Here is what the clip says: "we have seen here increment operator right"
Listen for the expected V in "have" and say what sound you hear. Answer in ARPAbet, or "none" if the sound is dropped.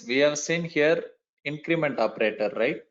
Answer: V